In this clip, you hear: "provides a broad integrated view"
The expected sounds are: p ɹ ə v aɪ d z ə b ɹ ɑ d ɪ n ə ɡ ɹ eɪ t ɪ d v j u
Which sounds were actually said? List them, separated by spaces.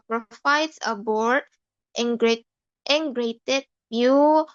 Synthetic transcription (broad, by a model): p ɹ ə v aɪ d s ə b ɑ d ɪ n ɡ ɹ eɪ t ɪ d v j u